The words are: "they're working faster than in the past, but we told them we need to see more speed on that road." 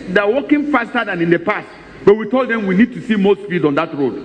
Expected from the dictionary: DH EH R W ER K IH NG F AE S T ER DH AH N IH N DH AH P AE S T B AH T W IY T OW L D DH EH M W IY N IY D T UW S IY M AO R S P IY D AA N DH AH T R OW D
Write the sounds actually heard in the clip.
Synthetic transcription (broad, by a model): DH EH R W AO K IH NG F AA S T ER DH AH N IH N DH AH P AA S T B AH T W IY T OW L D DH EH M W IY N IY D T UW S IY M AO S F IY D AA N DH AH T R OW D